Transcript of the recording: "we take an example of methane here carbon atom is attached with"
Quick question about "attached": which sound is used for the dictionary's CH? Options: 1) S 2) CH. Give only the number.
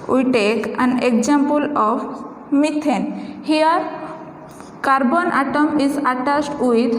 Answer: 1